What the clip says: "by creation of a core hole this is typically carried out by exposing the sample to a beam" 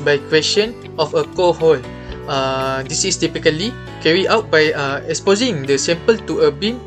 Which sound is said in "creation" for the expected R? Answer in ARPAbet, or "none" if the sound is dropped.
W